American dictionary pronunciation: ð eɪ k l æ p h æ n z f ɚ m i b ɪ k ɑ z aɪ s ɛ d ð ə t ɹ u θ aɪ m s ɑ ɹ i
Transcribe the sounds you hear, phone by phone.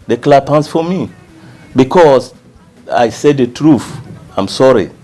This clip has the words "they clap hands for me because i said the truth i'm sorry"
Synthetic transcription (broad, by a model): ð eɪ k l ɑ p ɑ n s f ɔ m i b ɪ k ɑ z aɪ s ɛ d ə t ɹ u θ aɪ m s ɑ ɹ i